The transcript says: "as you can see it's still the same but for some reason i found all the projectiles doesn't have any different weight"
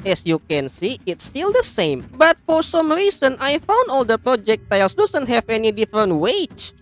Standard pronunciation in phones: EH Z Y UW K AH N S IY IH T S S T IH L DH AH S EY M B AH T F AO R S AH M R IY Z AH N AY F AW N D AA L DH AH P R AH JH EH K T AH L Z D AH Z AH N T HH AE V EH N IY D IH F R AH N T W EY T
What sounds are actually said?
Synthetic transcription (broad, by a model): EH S Y UW K AH N S IY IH T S S T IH L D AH S EY M B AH T F AO R S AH M R IY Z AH N AY F AW N D AA L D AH P R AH JH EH K T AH L S D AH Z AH N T HH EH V EH N IY D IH F R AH N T W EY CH